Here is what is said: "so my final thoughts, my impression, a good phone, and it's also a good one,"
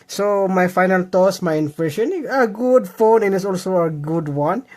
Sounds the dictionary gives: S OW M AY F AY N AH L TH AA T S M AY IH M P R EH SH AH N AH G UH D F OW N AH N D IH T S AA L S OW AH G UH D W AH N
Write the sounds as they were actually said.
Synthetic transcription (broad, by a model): S OW M AY F AY N AH L T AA S M AY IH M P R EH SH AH N AH G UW D F OW N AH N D IH T S AA L S OW AH G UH D W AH N